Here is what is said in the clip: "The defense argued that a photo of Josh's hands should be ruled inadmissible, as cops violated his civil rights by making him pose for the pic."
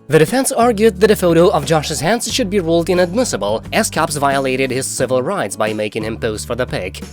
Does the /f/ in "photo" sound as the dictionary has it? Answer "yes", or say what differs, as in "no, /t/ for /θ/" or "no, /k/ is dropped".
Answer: yes